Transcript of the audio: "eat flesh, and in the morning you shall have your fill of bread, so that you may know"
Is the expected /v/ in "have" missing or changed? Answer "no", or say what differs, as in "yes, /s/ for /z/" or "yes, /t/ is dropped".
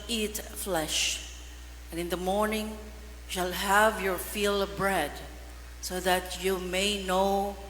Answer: no